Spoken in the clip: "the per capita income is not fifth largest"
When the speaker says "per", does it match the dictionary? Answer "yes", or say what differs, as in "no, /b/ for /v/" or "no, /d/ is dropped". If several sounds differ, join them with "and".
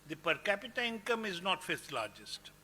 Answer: yes